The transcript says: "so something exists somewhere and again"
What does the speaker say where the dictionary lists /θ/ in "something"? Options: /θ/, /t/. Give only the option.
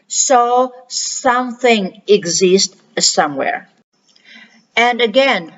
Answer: /θ/